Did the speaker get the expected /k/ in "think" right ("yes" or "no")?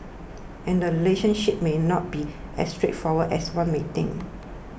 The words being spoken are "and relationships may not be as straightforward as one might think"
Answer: no